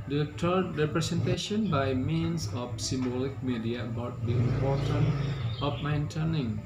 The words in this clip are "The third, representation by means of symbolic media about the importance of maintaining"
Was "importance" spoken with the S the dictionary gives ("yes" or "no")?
no